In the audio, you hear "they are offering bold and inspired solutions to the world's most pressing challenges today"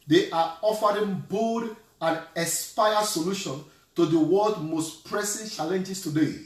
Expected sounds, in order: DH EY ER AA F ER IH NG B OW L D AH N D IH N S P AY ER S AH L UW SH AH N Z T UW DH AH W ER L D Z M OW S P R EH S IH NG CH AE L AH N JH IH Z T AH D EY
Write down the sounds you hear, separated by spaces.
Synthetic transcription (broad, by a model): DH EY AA AA F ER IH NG B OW D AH N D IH S P AY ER S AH L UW SH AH N T UW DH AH W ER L D M OW S P R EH S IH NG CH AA L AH N JH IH S T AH D EY